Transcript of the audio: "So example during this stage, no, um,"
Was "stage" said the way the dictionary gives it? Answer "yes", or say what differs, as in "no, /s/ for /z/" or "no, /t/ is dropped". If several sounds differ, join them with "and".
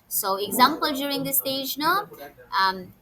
yes